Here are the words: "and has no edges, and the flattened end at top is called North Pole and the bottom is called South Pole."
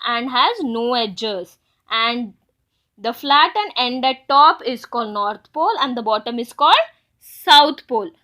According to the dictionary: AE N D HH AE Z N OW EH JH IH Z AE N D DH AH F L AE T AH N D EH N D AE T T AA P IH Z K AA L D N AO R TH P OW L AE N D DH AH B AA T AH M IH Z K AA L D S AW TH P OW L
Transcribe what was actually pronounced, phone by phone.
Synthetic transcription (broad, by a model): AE N D HH AE Z N OW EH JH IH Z AE N D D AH F L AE T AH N EH N D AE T T AA P IH Z K AA L D N AO R T P OW L AE N D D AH B AA T AH M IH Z K AA L D S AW T P OW L